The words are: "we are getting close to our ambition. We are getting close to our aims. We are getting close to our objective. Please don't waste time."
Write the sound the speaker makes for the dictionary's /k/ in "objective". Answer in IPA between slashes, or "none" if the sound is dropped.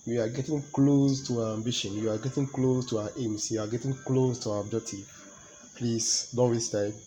none